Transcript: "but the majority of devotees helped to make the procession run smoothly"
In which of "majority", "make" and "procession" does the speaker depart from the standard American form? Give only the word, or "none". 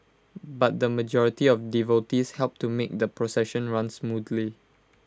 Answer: none